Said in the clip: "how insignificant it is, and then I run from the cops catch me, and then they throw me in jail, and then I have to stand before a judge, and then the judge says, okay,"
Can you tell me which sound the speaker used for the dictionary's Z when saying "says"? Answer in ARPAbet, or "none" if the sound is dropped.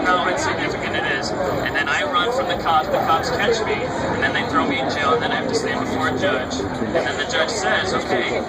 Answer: Z